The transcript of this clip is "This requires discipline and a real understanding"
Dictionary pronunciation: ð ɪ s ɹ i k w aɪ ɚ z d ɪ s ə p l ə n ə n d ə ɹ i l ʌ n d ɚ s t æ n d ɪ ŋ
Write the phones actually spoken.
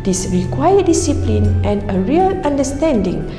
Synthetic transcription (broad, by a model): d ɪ s ɹ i k w aɪ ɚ d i s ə p l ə n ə n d ə ɹ i l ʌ n d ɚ s t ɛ n d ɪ ŋ